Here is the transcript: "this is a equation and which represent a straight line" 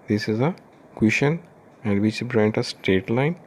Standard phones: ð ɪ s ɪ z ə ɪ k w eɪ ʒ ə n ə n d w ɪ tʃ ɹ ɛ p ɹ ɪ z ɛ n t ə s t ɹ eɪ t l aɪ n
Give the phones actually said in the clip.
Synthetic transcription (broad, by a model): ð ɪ s ɪ z ə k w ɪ ʃ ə n ə n d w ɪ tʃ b ɹ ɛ n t ə s t eɪ t l aɪ n